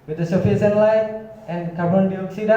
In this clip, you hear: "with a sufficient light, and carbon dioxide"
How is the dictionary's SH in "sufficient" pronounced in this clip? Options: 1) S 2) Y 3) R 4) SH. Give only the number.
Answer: 1